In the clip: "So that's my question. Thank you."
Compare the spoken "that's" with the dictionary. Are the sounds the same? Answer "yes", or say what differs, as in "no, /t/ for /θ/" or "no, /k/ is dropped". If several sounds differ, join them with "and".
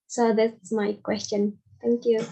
no, /s/ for /t/